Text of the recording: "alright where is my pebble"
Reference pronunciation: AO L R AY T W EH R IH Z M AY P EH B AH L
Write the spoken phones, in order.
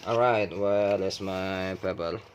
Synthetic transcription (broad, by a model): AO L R AY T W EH L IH S M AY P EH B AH L